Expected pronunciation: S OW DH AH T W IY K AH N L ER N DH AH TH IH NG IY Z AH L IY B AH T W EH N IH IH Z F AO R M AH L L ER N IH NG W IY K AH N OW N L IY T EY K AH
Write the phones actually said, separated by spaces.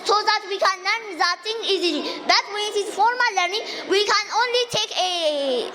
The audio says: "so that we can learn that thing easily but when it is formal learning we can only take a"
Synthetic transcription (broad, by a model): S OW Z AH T W IY K AH N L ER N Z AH T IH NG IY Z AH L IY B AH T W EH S IH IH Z F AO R M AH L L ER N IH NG W IY K AH N OW N L IY T EY K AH